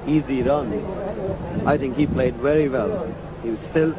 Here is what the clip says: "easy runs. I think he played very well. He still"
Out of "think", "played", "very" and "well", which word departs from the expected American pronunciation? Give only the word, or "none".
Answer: none